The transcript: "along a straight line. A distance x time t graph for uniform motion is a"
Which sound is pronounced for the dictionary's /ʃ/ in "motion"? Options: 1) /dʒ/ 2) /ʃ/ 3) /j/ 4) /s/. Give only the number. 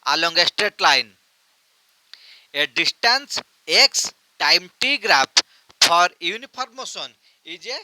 4